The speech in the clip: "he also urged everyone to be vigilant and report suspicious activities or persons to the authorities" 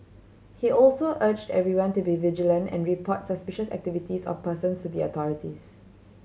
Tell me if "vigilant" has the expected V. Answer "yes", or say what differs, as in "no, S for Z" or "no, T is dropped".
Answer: yes